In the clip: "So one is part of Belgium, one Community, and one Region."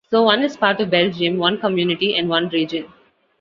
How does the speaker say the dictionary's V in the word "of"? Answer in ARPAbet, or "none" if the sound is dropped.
V